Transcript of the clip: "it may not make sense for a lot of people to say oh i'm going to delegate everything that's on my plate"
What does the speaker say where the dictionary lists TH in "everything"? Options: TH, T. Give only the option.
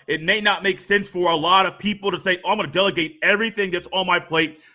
TH